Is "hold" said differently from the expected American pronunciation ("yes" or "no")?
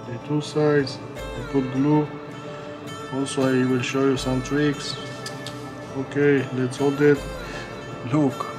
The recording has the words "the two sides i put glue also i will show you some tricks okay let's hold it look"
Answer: no